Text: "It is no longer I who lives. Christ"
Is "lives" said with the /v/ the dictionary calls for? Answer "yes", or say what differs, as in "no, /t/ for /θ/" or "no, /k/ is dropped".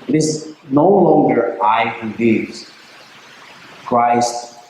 no, /v/ is dropped